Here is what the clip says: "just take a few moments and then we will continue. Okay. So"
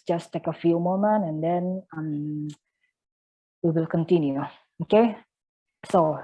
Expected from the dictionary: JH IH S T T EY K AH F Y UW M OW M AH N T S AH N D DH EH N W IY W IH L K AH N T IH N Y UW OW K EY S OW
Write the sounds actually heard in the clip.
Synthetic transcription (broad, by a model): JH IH S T T EY K AH F Y UW M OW M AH N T AH N D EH N W IY W IH L K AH N T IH N Y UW OW K EY S OW